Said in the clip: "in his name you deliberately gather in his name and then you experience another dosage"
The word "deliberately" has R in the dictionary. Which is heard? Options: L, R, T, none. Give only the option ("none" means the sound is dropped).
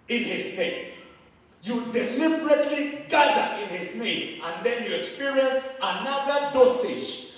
R